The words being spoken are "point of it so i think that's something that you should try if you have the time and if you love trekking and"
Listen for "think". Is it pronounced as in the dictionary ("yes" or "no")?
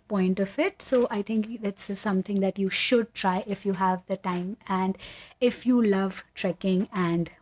no